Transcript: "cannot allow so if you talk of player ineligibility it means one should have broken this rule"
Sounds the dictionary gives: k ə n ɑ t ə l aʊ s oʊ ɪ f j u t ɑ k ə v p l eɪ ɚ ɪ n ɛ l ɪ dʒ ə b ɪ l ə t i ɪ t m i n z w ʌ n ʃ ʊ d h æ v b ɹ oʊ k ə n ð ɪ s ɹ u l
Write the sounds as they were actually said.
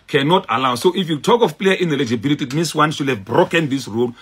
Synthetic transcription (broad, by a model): k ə n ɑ t ə l aʊ s oʊ ɪ f j u t ɑ k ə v p l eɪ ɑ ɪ n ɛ l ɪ dʒ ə b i l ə t i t m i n s w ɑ n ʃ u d h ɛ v b ɹ oʊ k ə n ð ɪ s ɹ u l